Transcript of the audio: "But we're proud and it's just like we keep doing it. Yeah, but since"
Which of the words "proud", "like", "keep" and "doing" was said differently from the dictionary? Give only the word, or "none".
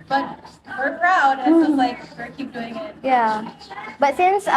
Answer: proud